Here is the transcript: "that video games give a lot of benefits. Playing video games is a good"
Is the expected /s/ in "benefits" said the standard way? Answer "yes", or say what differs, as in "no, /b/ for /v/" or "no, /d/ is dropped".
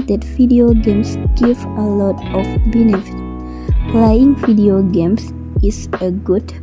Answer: no, /s/ is dropped